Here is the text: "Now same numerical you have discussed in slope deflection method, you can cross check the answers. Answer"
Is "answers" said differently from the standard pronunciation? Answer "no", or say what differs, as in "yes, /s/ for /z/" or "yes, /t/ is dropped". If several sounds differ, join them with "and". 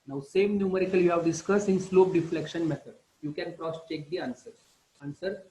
yes, /z/ is dropped